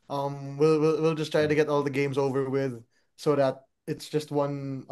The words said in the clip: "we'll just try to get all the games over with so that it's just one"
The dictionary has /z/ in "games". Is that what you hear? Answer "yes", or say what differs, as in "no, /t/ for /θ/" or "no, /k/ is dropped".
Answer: yes